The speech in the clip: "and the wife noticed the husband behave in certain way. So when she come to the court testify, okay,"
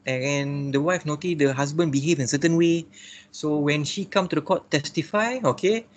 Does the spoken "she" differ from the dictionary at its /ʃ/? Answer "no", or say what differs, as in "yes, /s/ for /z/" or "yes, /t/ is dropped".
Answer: no